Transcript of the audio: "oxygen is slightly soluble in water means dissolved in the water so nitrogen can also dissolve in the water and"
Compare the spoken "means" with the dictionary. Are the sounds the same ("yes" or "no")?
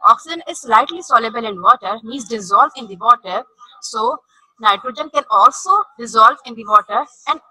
no